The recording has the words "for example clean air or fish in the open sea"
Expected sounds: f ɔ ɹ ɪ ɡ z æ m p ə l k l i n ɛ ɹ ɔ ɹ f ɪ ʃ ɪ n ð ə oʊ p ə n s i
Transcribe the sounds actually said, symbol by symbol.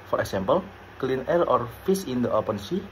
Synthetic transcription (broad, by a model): f ɔ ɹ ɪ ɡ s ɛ m p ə l k l i n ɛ l ɔ ɹ f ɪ s ɪ n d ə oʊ p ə n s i